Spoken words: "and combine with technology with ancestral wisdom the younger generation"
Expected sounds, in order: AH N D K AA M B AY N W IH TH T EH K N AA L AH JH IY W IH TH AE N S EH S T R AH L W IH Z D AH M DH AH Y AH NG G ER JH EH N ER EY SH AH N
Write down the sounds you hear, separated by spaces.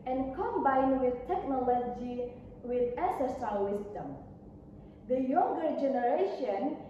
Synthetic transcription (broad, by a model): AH N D K AA M B AY N W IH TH T EH K N AA L AH JH IY W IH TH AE S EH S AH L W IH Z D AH M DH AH Y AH NG G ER JH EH N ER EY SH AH N